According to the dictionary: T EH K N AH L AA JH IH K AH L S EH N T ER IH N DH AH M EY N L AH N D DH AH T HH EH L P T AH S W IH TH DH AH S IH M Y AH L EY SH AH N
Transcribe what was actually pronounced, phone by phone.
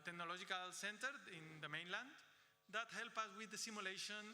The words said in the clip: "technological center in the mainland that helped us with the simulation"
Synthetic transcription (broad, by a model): T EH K N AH L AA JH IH K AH L S EH N T ER IH N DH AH M EY N L AH N D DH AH T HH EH L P AH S W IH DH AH S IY M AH L EY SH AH N